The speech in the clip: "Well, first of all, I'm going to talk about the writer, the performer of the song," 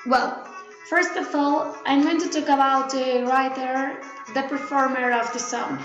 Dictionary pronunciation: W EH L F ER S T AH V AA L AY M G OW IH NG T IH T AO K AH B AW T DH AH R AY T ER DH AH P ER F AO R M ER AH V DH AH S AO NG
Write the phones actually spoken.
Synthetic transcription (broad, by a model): W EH L F ER S T AH V AA L AY M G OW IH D T IH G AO AH AW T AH R AY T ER DH AH P ER F AO R M ER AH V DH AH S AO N